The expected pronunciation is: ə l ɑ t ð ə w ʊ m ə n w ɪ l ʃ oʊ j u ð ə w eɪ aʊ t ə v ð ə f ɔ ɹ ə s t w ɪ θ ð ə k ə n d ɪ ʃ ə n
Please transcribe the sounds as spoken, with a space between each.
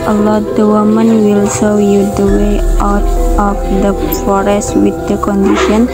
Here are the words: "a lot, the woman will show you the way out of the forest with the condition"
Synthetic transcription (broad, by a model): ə l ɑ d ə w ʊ m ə n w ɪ l s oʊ j u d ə w eɪ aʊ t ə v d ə f ɔ ɹ ə s t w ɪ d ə k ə n d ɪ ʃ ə n